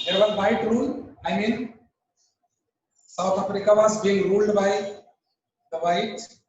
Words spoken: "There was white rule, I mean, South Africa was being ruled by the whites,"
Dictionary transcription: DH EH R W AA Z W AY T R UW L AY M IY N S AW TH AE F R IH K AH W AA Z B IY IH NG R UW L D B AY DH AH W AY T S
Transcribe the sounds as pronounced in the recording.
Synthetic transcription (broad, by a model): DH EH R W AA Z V AY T R UW L AY M IY N S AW T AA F R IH K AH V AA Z B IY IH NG R UW L D B AY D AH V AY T